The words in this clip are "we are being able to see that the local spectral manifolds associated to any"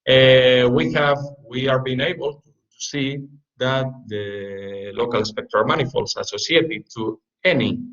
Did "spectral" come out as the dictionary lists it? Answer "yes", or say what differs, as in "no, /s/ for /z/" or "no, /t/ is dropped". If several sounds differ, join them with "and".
no, /ɹ/ is dropped